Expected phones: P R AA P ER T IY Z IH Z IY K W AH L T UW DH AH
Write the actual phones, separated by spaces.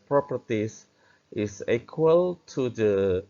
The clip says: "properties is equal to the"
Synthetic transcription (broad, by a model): P R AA P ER T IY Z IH S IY K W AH L T UW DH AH